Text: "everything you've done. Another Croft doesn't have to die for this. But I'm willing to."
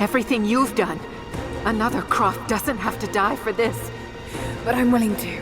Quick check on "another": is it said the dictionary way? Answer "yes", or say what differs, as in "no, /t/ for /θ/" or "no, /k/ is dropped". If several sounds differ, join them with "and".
yes